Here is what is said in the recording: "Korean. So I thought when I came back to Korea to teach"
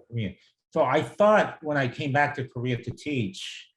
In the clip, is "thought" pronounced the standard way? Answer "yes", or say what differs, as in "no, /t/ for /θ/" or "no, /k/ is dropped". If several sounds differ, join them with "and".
yes